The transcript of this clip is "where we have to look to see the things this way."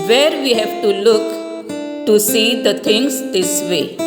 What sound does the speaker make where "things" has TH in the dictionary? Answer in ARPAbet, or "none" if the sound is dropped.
T